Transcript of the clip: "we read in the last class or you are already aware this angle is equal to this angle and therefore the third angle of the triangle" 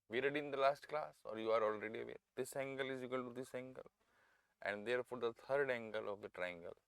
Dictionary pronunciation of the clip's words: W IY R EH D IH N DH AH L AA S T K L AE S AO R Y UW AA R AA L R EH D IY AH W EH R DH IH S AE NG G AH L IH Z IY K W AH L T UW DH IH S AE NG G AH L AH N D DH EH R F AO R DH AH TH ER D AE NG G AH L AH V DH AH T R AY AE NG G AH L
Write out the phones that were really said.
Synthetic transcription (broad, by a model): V IY R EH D IH N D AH L AA S T K L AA S AO R Y UW AA R AA L R EH D IY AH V EH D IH S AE NG G AH L IH Z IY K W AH L T UW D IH S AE NG G AH L AH N D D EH R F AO R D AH T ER D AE NG G AH L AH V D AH T R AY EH NG G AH L